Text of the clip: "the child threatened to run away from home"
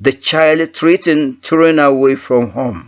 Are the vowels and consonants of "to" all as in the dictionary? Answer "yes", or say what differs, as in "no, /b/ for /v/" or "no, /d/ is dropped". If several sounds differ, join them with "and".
yes